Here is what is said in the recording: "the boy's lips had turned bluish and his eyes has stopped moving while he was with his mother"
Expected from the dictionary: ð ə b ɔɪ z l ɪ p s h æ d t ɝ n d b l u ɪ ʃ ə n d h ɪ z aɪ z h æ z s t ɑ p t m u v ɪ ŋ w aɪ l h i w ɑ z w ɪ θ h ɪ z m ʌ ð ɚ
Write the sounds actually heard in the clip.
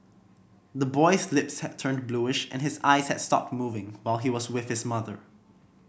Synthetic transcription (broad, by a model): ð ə b ɔɪ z l ɪ p s h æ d t ɝ n b l u ɪ ʃ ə n h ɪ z aɪ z h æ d s t ɑ p t m u v ɪ ŋ w aɪ l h i w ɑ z w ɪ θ h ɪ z m ʌ ð ɚ